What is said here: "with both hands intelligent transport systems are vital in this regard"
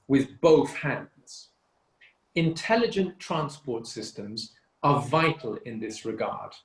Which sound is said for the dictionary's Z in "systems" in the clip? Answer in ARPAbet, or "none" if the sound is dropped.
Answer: Z